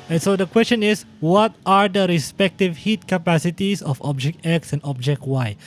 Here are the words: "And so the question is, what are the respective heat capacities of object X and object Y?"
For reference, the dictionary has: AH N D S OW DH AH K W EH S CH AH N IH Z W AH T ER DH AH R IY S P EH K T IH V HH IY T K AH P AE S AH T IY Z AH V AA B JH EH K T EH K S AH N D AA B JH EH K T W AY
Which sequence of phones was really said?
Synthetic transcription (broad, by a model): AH N S OW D AH K W EH S CH AH N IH S W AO T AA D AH R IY S P EH K T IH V HH IY T K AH P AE S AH T IY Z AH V AA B JH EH K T EH K S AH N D AA B JH EH K T W AY